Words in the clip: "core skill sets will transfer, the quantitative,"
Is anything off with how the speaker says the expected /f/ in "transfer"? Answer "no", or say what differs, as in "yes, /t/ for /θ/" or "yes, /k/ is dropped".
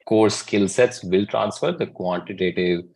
no